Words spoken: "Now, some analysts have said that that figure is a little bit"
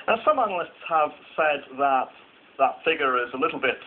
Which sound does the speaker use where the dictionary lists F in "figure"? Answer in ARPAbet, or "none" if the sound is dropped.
F